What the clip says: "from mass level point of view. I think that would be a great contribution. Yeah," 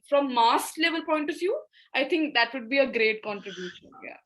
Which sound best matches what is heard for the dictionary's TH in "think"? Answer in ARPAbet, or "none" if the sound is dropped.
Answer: T